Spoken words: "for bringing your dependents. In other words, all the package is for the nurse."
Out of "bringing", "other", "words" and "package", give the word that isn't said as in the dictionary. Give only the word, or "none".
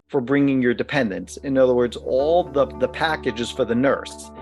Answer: none